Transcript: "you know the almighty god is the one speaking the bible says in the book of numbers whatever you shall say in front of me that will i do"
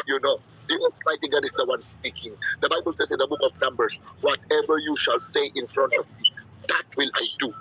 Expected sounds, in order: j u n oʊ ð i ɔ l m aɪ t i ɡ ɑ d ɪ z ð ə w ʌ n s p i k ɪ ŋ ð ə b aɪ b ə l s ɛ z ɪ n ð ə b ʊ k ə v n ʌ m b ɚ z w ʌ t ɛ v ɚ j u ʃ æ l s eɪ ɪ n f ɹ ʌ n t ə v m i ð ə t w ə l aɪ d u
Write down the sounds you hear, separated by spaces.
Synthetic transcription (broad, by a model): j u n oʊ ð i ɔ m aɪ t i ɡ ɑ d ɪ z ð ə w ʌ n s p i k ɪ ŋ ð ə b aɪ b ə l s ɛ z ɪ n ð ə b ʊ k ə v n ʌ m b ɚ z w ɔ t ɛ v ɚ j u ʃ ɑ l s eɪ ɪ n f ɹ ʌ n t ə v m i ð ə t w ə l aɪ d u